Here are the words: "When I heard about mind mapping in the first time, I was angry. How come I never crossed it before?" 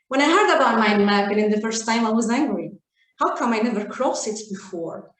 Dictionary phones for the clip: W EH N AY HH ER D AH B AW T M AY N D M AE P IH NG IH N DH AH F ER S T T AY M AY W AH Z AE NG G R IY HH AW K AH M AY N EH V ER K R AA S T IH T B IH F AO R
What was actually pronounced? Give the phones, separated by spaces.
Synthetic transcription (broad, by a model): W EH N AY HH ER D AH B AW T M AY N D M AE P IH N IH N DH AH F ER S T T AY M AY W AH Z AE NG G R IY HH AW K AH M AY N EH V ER K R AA S IH T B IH F AO R